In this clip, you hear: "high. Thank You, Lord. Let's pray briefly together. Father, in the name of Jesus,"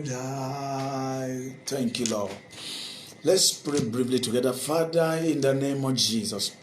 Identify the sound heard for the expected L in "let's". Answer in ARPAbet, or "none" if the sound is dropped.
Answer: L